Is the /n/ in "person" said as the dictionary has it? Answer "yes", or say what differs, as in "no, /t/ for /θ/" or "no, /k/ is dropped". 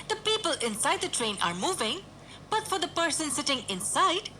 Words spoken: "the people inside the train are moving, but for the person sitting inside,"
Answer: yes